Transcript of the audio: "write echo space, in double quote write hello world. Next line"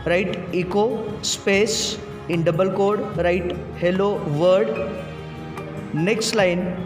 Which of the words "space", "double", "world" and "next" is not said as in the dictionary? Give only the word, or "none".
world